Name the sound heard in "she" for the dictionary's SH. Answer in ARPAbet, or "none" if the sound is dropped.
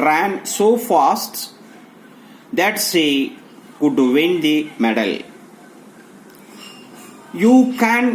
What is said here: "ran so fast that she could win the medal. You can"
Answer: S